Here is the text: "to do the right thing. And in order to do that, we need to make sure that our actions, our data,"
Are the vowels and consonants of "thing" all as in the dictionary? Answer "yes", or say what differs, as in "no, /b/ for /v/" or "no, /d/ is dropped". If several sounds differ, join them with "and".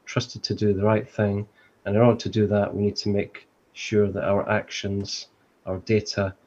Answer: yes